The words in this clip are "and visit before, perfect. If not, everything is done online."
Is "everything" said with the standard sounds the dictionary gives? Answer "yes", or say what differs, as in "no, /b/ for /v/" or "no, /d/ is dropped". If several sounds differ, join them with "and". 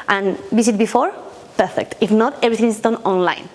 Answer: no, /t/ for /θ/